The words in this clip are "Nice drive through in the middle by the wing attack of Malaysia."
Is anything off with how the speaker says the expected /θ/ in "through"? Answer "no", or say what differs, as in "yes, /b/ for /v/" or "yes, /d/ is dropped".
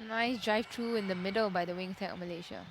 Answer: yes, /t/ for /θ/